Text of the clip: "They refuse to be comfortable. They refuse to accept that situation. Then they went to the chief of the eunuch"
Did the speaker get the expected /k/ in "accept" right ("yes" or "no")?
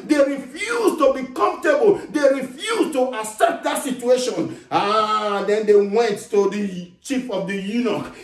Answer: no